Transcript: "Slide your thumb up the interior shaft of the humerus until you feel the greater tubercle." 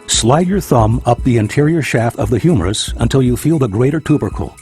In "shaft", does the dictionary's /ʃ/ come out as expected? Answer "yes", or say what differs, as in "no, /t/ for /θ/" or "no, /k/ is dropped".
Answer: yes